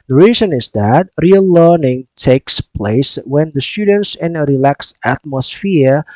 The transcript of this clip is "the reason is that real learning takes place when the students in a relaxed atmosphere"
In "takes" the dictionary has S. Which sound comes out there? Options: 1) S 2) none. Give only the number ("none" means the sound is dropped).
1